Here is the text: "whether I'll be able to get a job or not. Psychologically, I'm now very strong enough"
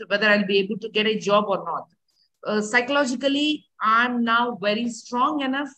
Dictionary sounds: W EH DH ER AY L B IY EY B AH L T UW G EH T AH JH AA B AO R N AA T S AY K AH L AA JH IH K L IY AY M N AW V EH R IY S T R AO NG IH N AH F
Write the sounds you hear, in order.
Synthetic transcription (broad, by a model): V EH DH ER AY L B IY EY B AH L T UW G EH T AH JH AA B AO R N AA T S AY K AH L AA JH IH K L IY AY M N AW V EH R IY S T R AO NG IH N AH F